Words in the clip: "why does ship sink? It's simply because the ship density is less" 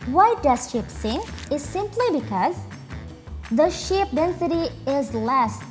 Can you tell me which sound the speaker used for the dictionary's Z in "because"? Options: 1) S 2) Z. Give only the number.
2